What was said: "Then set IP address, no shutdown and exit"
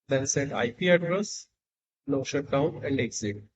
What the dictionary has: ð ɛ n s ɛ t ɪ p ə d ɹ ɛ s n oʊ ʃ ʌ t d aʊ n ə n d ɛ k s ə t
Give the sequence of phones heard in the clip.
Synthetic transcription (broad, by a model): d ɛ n s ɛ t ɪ p ə d ɹ ɛ s l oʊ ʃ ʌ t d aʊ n ə n d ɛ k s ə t